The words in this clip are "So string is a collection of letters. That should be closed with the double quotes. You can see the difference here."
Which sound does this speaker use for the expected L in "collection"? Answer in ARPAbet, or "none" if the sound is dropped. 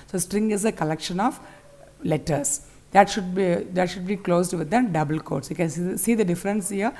L